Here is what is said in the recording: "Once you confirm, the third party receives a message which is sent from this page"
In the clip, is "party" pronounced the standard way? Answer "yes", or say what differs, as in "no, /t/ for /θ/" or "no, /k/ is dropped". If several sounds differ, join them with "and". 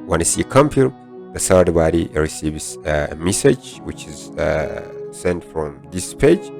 no, /b/ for /p/